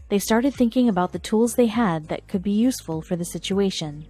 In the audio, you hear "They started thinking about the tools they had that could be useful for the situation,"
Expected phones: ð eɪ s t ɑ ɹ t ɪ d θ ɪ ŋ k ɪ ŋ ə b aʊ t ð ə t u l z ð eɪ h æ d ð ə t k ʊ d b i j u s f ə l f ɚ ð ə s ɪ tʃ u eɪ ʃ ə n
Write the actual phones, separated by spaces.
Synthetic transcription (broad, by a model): ð eɪ s t ɑ ɹ t ɪ d θ ɪ ŋ k ɪ ŋ ə b aʊ t ð ə t u l z ð eɪ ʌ d ð ə t k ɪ d b i j u s f ə l f ɚ ð ə s ɪ tʃ u eɪ ʃ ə n